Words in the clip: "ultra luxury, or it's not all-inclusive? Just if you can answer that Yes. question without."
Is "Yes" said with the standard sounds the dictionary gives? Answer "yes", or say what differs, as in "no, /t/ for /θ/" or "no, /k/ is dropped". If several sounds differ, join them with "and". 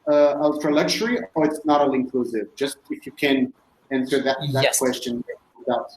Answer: no, /s/ is dropped